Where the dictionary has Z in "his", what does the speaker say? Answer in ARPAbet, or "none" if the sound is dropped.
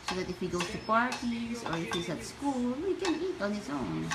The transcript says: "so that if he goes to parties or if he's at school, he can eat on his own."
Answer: S